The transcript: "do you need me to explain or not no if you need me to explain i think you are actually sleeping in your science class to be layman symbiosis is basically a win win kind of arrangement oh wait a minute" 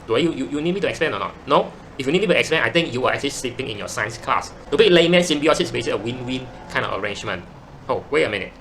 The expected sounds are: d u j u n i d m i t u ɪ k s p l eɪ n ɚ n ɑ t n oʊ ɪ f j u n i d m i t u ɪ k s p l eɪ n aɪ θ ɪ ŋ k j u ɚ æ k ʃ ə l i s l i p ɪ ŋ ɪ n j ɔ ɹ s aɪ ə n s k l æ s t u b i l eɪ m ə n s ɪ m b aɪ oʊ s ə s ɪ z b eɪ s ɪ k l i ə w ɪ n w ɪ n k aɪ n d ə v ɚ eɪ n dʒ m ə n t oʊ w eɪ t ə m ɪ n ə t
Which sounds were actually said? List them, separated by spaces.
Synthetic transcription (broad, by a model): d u j u n i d m i t u ɪ k s p l eɪ n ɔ n ɑ t n oʊ ɪ f j u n i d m i t u ɪ k s p l eɪ n aɪ t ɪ ŋ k j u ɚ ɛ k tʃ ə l i s l i p ɪ ŋ ɪ n j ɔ s aɪ ə n s k l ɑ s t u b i l eɪ m ə n s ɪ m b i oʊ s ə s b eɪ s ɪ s ə w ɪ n w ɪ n k aɪ n d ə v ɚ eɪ n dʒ m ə n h oʊ w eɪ ə m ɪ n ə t